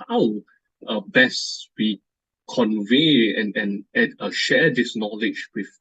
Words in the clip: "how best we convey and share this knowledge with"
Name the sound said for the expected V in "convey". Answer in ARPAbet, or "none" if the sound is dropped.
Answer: V